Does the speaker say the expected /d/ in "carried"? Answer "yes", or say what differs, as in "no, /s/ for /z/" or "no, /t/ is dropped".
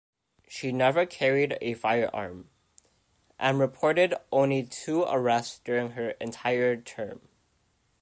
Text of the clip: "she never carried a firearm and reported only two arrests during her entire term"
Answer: yes